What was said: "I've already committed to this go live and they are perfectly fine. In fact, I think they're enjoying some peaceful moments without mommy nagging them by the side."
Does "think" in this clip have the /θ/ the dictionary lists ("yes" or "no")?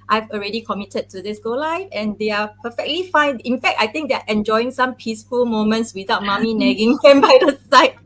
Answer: no